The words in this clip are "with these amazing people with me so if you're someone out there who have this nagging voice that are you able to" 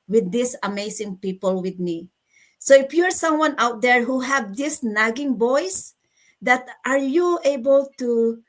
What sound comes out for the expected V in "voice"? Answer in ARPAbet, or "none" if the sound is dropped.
B